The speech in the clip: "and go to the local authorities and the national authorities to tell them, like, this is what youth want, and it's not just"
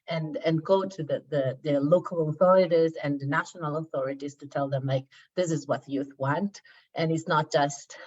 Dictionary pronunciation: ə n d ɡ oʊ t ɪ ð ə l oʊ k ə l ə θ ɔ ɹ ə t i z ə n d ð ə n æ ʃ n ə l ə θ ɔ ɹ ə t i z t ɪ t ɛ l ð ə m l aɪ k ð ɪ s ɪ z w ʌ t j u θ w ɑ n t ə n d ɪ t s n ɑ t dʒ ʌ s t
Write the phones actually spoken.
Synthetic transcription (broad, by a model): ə n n ɡ oʊ t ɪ ð ə l oʊ k ə l ə θ ɔ ɹ ə t i z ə n ð ə n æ ʃ n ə l ə θ ɔ ɹ ə t i z t ɪ t ɛ l ð ə m l aɪ k ð ɪ s ɪ z w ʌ t j u θ w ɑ n t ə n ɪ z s n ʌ t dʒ ʌ s t